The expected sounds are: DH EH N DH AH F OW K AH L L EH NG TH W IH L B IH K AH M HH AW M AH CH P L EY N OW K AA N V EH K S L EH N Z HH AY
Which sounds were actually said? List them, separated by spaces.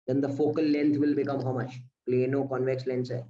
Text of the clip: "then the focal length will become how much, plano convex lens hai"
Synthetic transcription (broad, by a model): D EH N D AH F OW K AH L L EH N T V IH L B IH K AH M HH AW M AH CH P L EY N OW K AA N V EH K S L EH N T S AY